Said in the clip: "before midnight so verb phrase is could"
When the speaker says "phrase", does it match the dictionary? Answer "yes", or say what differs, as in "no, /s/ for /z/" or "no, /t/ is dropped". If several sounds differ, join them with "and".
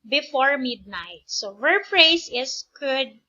no, /s/ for /z/